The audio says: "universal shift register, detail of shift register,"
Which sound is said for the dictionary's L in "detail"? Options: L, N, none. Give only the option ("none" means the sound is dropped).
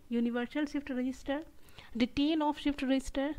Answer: N